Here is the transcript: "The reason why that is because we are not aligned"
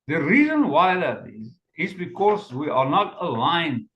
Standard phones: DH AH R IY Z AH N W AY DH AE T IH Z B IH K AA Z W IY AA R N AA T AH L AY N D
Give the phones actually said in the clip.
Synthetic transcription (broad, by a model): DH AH R IY Z AH N W AY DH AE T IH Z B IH K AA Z W IY AA R N AA T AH L AY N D